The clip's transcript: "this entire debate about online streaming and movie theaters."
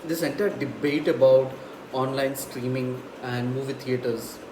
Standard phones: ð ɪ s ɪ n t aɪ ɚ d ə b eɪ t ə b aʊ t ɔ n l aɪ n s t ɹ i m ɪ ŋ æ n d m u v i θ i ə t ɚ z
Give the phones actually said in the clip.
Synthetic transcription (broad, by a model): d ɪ s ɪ n t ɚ d ə b eɪ t ə b aʊ t ɔ n l aɪ n s t ɹ i m ɪ ŋ æ n d m u v i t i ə t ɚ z